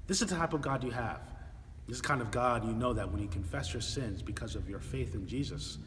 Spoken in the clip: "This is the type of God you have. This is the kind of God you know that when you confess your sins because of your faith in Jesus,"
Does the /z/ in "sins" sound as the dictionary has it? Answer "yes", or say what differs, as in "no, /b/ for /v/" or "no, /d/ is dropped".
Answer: yes